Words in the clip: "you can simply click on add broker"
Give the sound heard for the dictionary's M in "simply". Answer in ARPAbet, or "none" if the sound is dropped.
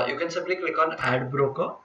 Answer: none